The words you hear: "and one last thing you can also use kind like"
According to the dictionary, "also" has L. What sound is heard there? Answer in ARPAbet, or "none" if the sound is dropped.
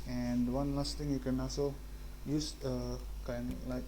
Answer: none